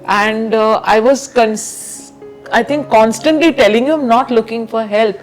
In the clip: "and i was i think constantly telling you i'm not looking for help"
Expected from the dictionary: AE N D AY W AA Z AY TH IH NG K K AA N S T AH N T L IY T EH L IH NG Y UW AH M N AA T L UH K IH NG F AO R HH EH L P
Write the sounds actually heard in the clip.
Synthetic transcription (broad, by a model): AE N D AY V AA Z AY T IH NG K K AA N S T AH N T L IY T EH L IH NG Y UW AH M N AA T L UH K IH NG F AO R HH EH L P